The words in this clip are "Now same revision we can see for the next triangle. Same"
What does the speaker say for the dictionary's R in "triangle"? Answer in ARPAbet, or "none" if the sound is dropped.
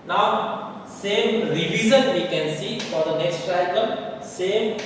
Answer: none